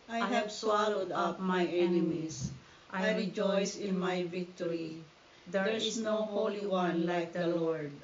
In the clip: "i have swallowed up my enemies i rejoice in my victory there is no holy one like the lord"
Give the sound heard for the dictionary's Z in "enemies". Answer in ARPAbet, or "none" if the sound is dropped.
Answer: S